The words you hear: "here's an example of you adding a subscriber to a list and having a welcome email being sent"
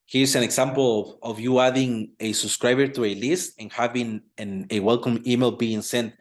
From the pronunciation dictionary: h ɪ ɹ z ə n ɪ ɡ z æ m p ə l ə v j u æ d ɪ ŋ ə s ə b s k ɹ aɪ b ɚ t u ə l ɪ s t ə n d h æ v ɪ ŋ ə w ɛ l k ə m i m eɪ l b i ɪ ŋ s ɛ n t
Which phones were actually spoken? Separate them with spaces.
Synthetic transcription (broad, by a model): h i ɹ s ə n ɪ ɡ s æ m p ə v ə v j u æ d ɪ ŋ ə s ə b s k ɹ aɪ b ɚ t u ə l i s t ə n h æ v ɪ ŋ ə w ɛ l k ə m i m eɪ l b i ɪ ŋ s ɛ n t